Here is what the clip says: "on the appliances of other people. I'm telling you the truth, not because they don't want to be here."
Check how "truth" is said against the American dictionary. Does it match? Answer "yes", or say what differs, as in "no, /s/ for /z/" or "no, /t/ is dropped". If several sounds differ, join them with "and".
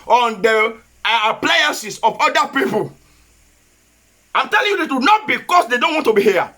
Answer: no, /ɹ/ is dropped